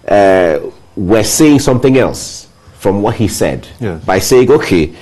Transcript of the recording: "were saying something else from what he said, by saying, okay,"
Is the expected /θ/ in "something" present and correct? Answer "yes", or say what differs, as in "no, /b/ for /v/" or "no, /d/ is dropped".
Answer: yes